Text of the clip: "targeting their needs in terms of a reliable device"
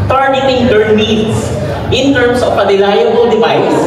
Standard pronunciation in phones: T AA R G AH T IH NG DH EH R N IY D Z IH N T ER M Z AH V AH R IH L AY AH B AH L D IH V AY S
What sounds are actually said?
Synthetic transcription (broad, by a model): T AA R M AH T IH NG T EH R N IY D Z IH N T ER M S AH P AH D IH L AY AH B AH L D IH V AY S